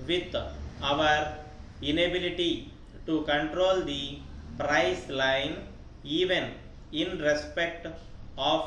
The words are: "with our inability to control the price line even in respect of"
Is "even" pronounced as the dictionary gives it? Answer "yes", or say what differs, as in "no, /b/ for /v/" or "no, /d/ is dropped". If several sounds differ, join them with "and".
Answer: yes